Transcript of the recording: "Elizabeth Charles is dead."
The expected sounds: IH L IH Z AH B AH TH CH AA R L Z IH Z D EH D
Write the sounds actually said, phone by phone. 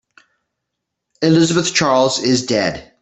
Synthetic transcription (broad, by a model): IH L IH Z AH B AH TH CH AA R L Z IH Z D EH D